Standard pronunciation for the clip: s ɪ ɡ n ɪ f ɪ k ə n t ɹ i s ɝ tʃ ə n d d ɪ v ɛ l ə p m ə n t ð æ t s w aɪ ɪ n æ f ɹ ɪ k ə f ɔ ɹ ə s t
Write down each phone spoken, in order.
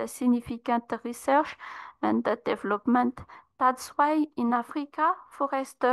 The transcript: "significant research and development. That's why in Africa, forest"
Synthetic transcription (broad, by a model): s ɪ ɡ n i f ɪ k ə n t ɹ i s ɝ ʃ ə n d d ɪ v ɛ l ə p m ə n t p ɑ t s w aɪ ɪ n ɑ f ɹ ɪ k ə f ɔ ɹ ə s t